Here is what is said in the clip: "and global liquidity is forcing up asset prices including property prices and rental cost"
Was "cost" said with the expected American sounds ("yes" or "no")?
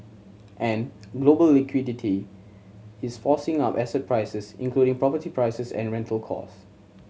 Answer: no